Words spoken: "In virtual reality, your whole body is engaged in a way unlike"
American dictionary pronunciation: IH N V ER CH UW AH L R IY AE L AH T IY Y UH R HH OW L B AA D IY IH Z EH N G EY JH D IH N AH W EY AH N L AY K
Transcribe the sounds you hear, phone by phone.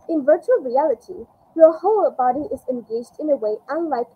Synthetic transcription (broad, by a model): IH N V ER CH UW AH L R IY AE L AH T IY Y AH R HH OW L B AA D IY IH Z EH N G EY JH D IH N AH W EY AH N L AY K